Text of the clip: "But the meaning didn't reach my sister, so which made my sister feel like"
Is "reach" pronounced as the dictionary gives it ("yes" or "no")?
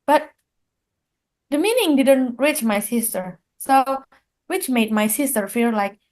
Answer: yes